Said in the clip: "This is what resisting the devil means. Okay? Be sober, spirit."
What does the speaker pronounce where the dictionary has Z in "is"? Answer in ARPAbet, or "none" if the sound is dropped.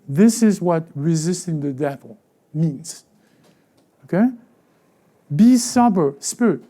Z